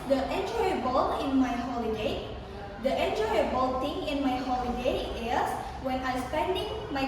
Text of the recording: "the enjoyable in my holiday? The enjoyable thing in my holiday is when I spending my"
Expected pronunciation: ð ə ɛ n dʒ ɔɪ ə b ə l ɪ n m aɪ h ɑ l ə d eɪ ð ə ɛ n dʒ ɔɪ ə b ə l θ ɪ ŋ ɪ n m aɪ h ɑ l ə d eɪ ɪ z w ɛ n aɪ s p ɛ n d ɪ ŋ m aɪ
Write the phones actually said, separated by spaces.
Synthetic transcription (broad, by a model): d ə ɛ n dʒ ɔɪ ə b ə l ɪ n m aɪ h ɑ l ə d eɪ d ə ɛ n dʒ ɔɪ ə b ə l t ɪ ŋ ɪ n m aɪ h ɑ l ə d eɪ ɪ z w ɛ n aɪ s p ɛ n d ɪ ŋ m aɪ